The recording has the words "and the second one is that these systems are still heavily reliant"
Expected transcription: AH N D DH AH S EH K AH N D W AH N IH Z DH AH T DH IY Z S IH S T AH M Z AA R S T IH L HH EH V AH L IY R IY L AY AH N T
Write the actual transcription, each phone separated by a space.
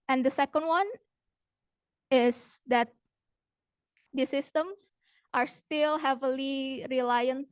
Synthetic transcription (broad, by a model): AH N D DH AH S EH K AH N D W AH N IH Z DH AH T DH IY S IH S T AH M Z AA R S T IH L HH EH V AH L IY R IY L AY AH N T